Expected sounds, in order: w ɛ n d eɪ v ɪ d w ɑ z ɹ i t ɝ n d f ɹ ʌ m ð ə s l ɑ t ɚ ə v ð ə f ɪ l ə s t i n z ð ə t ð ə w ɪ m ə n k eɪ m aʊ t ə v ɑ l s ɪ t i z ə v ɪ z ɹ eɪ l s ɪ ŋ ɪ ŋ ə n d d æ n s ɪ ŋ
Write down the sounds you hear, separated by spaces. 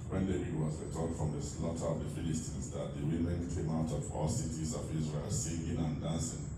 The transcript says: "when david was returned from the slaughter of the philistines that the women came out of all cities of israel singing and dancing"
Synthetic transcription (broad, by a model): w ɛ n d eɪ ɪ w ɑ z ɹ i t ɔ d f ɹ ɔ m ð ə s l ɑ t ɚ ə v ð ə f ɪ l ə s t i n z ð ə t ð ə w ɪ m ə n k eɪ m aʊ t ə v ɑ l s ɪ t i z ə v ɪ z ɹ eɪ l s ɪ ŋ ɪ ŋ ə n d d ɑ n s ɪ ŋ